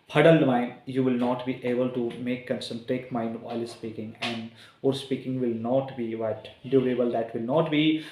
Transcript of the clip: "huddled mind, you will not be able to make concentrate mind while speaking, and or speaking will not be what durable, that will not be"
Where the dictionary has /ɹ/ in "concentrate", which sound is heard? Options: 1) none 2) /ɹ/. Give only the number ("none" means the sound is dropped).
1